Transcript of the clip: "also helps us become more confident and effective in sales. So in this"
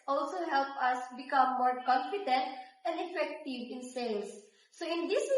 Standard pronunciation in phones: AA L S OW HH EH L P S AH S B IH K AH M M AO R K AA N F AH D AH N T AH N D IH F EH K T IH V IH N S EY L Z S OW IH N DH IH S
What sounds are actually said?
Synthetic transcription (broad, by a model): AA L S OW HH EH L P AH S B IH K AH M M AO R K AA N F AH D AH N T AH N D IH F EH K T IH V IH N S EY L S OW IH N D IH S